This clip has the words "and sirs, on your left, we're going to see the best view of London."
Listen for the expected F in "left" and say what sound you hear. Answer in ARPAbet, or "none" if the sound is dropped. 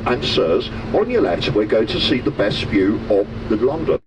none